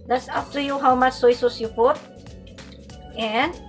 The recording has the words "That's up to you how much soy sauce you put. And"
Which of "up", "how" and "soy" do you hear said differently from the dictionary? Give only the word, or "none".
up